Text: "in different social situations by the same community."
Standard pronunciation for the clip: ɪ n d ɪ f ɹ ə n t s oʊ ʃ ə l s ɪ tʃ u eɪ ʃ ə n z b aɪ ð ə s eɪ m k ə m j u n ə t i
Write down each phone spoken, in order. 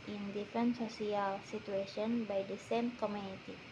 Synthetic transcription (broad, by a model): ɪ n d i f ɹ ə n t s oʊ s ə l s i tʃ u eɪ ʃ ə n b aɪ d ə s eɪ m k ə m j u n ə t i